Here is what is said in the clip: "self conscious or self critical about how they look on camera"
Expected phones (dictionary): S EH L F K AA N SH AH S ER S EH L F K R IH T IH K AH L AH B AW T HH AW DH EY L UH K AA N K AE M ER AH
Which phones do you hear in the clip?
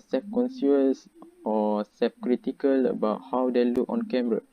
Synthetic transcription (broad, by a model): S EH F K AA N S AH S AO S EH F K R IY T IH K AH L AH B AW T HH AW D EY L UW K AA N K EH M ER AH